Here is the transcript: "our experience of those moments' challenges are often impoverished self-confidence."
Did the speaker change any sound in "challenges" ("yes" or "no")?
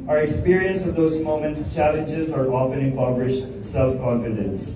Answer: no